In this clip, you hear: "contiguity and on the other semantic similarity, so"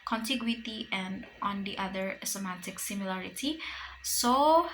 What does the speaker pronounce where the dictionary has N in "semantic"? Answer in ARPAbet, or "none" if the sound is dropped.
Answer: none